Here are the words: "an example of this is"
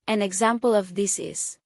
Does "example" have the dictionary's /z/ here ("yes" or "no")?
yes